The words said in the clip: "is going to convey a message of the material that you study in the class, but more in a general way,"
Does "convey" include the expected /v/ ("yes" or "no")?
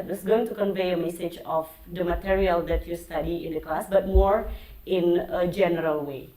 yes